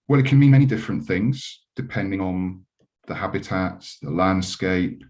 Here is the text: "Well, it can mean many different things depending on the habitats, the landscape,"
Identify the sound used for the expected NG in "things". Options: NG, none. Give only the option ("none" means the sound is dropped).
NG